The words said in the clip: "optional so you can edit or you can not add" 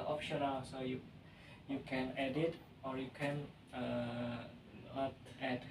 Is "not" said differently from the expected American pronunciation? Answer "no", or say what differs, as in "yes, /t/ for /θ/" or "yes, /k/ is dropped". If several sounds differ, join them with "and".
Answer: yes, /l/ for /n/